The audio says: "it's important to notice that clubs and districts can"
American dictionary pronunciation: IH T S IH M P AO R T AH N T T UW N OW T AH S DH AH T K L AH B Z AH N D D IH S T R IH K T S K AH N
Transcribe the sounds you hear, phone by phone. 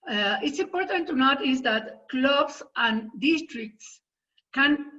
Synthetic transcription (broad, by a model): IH T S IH M P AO R T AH N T T UW N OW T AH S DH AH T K L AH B S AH N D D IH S T R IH K T S K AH N